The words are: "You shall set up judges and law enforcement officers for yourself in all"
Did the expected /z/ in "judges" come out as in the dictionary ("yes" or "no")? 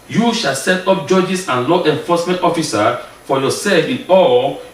no